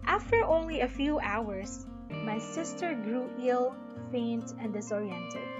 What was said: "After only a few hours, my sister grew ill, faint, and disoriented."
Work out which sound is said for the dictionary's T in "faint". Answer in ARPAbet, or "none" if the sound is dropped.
T